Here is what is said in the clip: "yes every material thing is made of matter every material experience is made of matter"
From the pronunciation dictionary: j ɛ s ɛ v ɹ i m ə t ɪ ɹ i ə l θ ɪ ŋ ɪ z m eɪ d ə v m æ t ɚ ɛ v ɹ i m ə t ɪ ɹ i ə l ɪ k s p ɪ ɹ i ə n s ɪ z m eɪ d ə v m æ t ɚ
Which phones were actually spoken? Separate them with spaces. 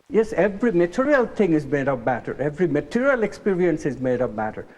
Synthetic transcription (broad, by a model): j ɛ s ɛ v ɹ i m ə t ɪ ɹ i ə l t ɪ ŋ ɪ z m eɪ d ə v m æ t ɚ ɛ v ɹ i m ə t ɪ ɹ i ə l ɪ k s p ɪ ɹ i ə n s ɪ z m eɪ d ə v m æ t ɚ